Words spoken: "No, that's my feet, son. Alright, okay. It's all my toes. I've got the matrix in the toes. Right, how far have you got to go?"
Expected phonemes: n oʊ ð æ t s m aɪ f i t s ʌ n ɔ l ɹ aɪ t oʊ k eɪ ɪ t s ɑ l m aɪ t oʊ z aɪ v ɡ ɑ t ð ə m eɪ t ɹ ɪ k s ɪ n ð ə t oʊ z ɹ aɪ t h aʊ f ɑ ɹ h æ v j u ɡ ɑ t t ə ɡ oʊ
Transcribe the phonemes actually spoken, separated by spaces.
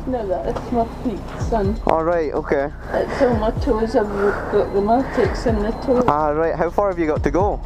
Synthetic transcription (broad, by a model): n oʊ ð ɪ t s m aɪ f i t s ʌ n ɔ l ɹ aɪ t oʊ k eɪ ɪ t s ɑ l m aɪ t oʊ z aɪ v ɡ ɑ t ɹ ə m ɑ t ɪ k s ɪ n ð ə t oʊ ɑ ɹ aɪ t h aʊ f ɑ ɹ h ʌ v j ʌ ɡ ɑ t t ə ɡ oʊ